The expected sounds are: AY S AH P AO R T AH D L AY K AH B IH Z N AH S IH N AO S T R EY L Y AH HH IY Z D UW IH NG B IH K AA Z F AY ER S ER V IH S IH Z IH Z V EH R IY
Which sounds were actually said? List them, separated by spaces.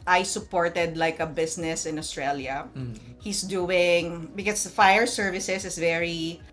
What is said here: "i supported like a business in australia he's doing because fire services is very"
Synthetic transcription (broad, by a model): AY S AH P AO R T AH D L AY K AH B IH S N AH S IH N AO S T R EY L Y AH HH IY S D UW IH NG B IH K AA S F AY ER S ER V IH S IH S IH S V EH R IY